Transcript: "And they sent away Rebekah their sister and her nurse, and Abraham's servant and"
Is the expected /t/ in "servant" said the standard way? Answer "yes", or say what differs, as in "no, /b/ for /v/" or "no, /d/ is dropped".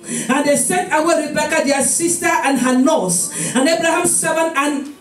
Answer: no, /t/ is dropped